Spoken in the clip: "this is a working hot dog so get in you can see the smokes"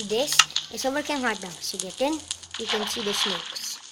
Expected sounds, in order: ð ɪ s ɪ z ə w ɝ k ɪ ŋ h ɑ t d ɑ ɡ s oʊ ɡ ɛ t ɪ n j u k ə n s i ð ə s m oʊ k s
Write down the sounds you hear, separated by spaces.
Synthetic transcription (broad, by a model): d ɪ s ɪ s ə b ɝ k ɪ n h ɑ t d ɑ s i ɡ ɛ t ɪ n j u k ə n s i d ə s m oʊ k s